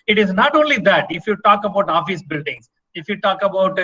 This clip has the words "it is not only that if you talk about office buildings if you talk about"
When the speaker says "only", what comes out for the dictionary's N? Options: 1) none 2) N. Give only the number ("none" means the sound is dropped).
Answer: 2